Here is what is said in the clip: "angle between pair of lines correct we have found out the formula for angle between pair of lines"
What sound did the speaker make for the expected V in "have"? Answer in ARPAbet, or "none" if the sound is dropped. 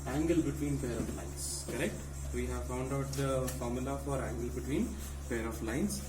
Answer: V